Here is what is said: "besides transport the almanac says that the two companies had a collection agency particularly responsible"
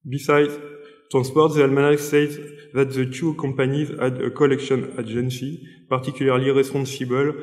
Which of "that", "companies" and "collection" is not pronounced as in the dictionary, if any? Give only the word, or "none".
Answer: companies